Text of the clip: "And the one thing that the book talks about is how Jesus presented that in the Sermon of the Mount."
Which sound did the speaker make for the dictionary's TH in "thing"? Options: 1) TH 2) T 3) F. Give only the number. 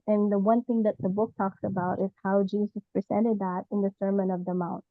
1